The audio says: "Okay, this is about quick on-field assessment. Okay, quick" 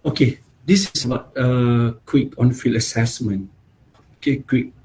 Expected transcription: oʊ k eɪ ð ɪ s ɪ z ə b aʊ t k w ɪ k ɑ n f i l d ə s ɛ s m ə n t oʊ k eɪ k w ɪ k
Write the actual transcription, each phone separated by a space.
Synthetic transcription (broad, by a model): oʊ k eɪ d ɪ s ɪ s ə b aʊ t k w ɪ k ɑ n f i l ə s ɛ s m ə n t oʊ k eɪ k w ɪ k